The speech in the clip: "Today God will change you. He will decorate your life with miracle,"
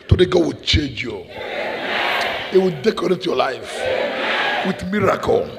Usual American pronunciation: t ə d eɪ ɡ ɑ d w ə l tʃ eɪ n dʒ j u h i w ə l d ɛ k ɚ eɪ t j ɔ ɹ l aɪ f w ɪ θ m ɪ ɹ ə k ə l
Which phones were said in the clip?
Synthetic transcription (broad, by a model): t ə d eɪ ɡ ɑ d w ə l tʃ eɪ n dʒ j u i w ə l d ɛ k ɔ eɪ t j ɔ l aɪ f w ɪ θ m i ɹ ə k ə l